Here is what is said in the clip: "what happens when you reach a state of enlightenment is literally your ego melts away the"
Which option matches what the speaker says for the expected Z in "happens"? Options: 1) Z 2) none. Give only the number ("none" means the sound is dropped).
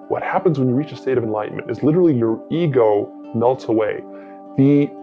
1